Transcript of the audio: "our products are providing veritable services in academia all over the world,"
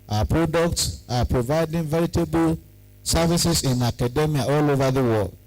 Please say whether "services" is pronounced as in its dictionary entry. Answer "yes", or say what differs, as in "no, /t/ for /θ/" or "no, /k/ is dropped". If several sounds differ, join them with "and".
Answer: no, /s/ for /z/